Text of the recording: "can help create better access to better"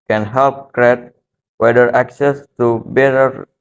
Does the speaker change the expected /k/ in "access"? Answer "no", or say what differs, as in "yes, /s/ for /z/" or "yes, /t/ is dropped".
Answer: no